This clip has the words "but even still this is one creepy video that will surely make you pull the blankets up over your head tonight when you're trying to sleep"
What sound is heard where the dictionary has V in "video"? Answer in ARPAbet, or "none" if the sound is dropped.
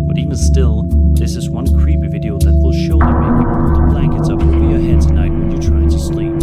V